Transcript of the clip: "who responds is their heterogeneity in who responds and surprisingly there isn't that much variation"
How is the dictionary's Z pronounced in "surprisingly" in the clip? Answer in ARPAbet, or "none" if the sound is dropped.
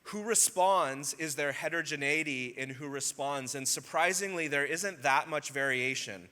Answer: Z